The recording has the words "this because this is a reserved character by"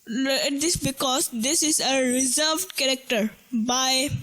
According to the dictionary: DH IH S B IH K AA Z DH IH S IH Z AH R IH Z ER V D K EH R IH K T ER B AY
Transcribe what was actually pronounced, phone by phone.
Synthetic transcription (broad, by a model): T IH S B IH K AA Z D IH S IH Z AH R IH Z ER V D K EH R IH K T ER B AY